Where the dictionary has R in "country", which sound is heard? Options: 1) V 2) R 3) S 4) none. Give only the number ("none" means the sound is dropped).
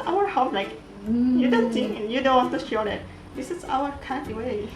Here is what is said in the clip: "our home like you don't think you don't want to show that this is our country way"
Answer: 4